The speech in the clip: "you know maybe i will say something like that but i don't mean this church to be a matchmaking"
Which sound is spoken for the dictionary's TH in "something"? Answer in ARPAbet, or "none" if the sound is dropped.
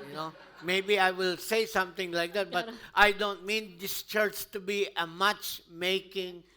T